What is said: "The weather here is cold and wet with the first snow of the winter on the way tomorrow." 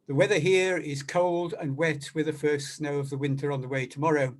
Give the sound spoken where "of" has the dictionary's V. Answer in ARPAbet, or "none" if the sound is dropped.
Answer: V